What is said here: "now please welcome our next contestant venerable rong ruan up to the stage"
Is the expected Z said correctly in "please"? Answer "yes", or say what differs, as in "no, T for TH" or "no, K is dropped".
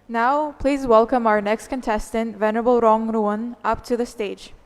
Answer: yes